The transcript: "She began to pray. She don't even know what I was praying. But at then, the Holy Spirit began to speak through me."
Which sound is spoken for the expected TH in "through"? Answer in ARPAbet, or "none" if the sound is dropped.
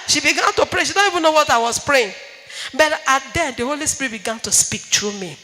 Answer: T